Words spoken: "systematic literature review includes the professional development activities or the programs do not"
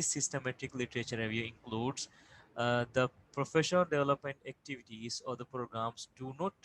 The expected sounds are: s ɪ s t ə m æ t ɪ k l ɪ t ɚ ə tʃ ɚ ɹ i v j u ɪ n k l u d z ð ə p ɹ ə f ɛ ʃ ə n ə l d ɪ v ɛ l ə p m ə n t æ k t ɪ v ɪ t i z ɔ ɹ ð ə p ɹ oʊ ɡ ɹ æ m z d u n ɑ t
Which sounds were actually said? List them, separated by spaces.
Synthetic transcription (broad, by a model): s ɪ s t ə m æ t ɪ k l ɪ t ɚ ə tʃ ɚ ɹ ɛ v j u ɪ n k l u d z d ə p ɹ ə f ɛ ʃ ə n ə l d ɪ v ɛ l ə p m ə n t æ k t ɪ v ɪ t i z ɔ ɹ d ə p ɹ oʊ ɡ ɹ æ m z d u n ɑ t